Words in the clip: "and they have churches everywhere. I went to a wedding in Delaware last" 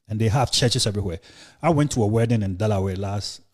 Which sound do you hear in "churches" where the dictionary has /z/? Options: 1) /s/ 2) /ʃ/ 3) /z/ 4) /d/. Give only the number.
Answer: 1